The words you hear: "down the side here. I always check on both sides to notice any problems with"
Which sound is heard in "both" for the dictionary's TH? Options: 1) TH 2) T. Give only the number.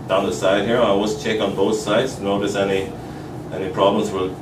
1